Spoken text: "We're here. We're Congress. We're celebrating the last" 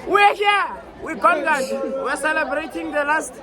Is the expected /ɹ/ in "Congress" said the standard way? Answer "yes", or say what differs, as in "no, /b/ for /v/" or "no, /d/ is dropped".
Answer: no, /ɹ/ is dropped